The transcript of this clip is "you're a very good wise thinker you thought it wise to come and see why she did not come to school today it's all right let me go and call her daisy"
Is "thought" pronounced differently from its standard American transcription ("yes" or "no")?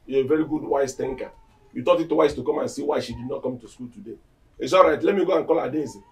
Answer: yes